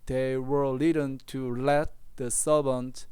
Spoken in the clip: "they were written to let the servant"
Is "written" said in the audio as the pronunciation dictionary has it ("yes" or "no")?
no